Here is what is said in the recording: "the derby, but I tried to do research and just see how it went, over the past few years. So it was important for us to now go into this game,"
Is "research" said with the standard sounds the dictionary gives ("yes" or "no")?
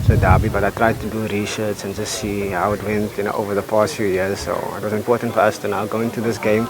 no